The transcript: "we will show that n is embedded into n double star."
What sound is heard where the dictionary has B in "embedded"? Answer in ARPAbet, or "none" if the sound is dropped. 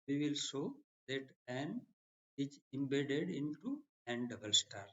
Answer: B